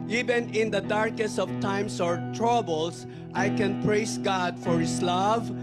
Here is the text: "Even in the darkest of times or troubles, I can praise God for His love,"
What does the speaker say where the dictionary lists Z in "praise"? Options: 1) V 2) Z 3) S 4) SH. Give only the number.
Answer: 3